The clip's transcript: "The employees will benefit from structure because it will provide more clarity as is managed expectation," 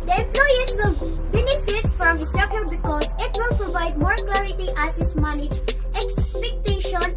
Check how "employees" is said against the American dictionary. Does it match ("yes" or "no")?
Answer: no